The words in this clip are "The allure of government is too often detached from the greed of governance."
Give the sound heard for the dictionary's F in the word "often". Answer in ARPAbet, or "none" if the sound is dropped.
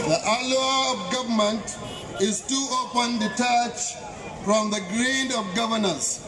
P